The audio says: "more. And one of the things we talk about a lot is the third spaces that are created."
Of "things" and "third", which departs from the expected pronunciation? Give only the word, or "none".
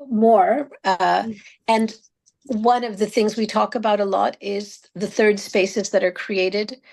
none